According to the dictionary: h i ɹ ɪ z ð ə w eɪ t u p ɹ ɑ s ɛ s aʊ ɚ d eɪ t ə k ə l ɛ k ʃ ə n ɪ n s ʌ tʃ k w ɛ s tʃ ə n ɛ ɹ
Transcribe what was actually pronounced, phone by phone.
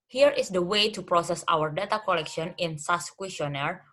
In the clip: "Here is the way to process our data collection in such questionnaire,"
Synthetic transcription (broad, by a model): h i ɹ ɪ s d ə w eɪ t u p ɹ ɑ s ɛ s aʊ ɚ d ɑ t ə k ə l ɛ k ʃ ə n ɪ n s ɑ s k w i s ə n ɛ ɹ